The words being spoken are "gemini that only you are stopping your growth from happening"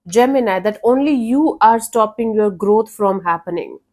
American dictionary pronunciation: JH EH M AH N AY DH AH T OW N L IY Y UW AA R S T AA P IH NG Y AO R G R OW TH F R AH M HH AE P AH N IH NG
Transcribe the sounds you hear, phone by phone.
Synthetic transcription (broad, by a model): JH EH M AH N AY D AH T OW N L IY Y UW AA R S T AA P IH NG Y AO R G R OW T F R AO M HH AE P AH N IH NG